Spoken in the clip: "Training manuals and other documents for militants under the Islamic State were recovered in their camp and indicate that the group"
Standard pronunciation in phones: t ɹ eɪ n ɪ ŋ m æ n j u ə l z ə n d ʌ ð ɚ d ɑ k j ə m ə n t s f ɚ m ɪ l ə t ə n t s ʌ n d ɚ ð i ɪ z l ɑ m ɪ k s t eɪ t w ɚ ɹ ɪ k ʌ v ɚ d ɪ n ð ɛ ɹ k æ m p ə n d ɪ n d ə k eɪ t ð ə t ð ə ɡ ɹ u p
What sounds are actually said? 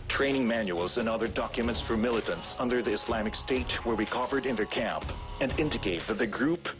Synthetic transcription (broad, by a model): t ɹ eɪ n ɪ ŋ m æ n j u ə l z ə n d ʌ ð ɚ d ɑ k j ə m ə n t s f ɚ m ɪ l ə t ə n t s ʌ n d ɚ ð i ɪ s l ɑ m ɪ k s t eɪ t w ɚ w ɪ k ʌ v ɚ d ɪ n ð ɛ ɹ k æ m p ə n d ɪ n d ə k eɪ t ð ə t ð ə ɡ ɹ u p